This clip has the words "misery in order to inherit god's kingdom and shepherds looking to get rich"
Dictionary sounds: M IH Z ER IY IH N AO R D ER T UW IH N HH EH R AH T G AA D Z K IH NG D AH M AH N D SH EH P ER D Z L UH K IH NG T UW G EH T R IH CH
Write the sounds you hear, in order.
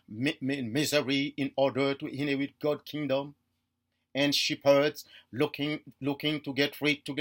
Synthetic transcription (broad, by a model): M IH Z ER IY IH N AO R D ER T UW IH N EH W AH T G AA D K IH NG D AH M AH N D SH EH P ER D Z L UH K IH NG T UW G EH T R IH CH